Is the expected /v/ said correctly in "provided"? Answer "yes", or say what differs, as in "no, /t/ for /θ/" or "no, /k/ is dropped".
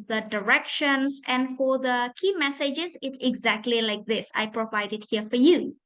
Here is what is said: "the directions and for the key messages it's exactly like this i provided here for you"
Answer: yes